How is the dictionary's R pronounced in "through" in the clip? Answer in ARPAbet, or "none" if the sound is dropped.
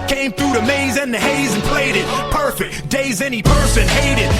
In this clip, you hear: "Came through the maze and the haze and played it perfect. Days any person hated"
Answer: R